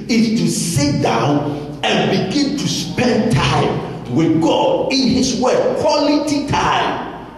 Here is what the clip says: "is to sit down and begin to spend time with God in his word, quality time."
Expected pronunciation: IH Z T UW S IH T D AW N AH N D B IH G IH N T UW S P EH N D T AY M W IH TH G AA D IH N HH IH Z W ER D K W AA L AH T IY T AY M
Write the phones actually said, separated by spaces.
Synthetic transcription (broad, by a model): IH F T UW S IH T D AW N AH N B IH G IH N T UW S P EH N D T AY M W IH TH G AA D IH N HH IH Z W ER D K W AA L AH T IY T AY M